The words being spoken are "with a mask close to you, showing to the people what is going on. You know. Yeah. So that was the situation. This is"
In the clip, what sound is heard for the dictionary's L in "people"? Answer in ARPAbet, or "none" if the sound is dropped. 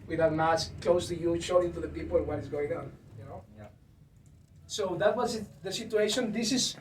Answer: N